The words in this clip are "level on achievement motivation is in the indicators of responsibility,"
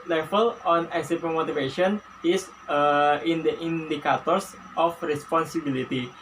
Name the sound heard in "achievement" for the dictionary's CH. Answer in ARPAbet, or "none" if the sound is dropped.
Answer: S